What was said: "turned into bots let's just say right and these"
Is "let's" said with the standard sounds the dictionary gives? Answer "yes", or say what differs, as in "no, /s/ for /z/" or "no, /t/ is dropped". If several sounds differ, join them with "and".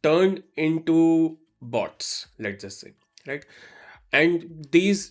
no, /s/ is dropped